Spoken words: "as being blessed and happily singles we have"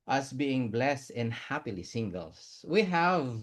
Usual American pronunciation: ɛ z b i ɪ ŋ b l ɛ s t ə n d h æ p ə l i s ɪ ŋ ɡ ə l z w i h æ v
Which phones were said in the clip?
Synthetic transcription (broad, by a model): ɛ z b i ɪ ŋ b l ɛ s t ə n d h æ p ə l i s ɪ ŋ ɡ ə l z w i h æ v